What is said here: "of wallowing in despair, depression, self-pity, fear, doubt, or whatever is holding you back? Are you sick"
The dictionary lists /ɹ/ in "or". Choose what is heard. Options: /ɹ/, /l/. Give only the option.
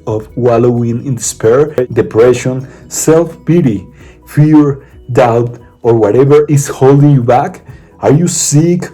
/ɹ/